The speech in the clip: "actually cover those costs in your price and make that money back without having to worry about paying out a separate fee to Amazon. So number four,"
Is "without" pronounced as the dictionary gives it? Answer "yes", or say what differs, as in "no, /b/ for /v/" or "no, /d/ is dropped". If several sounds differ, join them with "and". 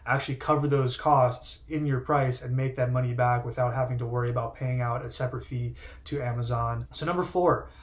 yes